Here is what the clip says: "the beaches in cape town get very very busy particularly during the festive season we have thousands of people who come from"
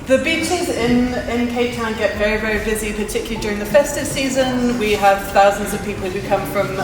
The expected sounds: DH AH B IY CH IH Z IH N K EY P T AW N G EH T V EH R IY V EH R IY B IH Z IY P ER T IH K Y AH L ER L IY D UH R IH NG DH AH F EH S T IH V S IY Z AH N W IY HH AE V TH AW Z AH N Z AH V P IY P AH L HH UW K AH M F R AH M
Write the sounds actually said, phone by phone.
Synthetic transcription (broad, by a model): DH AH B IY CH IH Z IH N K EY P T AW N G EH T V EH R IY V EH R IY B IH Z IY P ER T IH K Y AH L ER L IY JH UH R IH NG DH AH F EH S T IH V S IY Z AH N W IY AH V TH AW Z AH N Z AH V P IY P AH L HH UW K AH M F R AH M